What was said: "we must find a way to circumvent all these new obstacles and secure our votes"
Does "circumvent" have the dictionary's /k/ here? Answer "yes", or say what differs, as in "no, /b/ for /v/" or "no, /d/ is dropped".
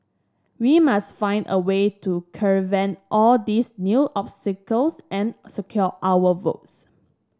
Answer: no, /k/ is dropped